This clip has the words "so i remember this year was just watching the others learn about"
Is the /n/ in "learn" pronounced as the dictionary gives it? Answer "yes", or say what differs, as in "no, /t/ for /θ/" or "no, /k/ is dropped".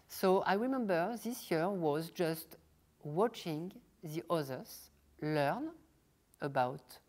yes